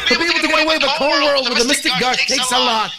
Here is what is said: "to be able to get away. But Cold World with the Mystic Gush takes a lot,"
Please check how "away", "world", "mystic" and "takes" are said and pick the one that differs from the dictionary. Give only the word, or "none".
none